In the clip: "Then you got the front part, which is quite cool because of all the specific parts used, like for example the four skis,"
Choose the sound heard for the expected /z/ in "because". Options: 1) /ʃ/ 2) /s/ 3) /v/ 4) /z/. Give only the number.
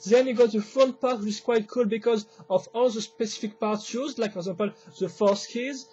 4